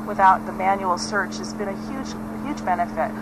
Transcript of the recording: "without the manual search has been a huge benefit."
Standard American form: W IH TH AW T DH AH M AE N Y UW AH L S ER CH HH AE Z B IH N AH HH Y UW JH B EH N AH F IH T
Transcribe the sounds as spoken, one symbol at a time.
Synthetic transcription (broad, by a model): W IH TH AW T DH AH M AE N Y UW L S ER CH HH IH Z B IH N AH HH Y UW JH B EH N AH F IH T